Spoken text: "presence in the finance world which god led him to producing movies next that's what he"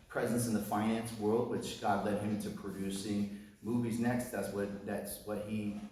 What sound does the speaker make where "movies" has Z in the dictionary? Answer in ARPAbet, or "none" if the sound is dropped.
Z